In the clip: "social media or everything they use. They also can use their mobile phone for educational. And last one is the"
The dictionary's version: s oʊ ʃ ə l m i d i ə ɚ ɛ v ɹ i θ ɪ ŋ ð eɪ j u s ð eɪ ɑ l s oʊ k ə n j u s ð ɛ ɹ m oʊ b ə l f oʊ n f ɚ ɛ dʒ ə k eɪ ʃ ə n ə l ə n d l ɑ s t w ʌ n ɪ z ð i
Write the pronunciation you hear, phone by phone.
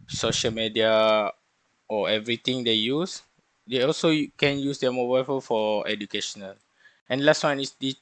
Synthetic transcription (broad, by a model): s oʊ ʃ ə l m i d i ə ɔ ɛ v ɹ i t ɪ ŋ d eɪ j u s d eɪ ɑ l s oʊ k ə n j u s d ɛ m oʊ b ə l f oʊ l f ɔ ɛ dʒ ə k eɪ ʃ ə n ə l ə n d l ɑ s t w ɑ n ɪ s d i